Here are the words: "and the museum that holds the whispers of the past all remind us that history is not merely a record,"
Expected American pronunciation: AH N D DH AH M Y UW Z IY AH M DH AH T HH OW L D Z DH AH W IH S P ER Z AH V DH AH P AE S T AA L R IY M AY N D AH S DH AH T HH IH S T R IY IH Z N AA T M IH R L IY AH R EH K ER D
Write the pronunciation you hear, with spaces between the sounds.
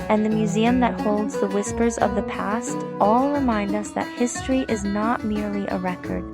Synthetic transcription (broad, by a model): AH N DH AH M Y UW Z IY AH M DH AH T HH OW L D Z DH AH W IH S P ER Z AH V DH AH P AE S T AA L R IY M AY N D AH S DH AH T HH IH S T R IY IH Z N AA T M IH R L IY AH R EH K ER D